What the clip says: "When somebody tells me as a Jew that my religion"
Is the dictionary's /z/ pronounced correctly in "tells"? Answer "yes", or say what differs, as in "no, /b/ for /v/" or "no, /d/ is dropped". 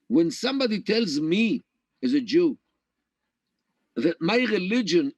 yes